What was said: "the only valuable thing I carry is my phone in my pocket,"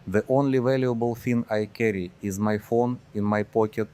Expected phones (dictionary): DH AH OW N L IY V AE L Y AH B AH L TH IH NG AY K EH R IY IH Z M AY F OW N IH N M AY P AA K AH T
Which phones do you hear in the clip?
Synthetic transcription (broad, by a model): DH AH OW N L IY V AE L Y AH B AH L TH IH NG AY K EH R IY IH Z M AY F OW N IH N M AY P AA K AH T